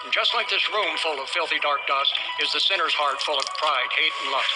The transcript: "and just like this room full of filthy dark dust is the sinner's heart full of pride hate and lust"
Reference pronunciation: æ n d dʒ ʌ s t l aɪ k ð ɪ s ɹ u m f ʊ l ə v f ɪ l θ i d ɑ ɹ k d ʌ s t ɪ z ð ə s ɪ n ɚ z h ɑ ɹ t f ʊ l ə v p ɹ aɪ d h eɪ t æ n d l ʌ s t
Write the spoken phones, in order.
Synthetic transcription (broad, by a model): n dʒ ʌ s t l aɪ k ð ɪ s ɹ u m f ʊ l ə v f ɪ l θ i d ɑ ɹ k d ʌ s t ɪ z ð ə s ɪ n ɚ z h ɑ ɹ t f ʊ l ə v p ɹ aɪ d h eɪ t n l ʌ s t